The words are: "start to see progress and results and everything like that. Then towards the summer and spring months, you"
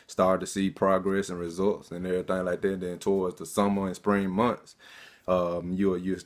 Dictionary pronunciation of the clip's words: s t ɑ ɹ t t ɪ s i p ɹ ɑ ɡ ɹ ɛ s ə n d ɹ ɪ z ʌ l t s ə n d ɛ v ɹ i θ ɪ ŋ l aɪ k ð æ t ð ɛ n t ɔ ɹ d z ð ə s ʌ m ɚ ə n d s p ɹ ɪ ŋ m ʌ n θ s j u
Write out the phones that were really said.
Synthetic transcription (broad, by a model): s t ɑ ɹ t t ɪ s i p ɹ ɑ ɡ ɹ ɛ s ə n ɹ ɪ z ʌ l t s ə n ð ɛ ɹ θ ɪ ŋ l aɪ k ð æ t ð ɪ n t ɔ ɹ d z ð ə s ʌ m ɚ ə n s p ɹ ɪ ŋ m ʌ n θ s j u